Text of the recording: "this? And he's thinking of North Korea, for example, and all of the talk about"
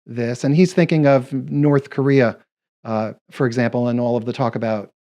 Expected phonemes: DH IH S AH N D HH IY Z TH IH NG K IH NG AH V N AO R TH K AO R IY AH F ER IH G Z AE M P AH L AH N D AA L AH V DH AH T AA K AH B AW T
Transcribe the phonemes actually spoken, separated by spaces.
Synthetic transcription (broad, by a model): DH IH S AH N IY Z TH IH NG K IH NG AH V N AO R TH K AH R IY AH F ER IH G Z AE M P L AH N AA L AH V DH AH T AA K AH B AW T